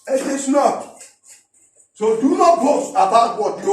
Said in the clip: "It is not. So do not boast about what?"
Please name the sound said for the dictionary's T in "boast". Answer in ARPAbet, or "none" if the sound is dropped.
none